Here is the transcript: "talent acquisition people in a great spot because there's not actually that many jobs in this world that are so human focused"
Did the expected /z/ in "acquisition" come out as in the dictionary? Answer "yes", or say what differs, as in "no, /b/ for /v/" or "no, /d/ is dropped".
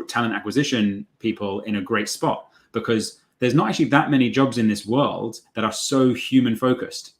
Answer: yes